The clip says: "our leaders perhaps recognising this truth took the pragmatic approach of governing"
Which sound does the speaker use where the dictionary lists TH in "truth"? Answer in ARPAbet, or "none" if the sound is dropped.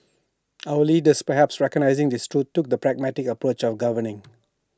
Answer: T